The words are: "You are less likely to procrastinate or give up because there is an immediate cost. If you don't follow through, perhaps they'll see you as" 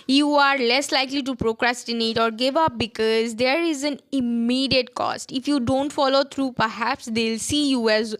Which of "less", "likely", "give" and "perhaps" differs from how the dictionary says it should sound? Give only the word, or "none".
none